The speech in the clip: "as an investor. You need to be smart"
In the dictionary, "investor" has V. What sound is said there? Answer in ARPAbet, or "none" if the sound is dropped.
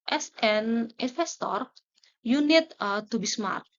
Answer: F